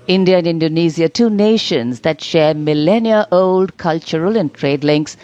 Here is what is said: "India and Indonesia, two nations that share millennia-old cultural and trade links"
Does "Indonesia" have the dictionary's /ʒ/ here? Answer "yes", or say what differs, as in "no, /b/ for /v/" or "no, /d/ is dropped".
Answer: no, /z/ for /ʒ/